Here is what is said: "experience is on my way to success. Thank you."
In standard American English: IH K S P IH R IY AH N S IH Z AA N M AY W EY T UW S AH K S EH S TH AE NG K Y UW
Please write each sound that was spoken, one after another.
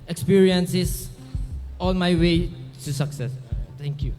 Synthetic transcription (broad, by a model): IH K S P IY R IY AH N S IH S AA N M AY W EY T UW S AH K S EH S T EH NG K Y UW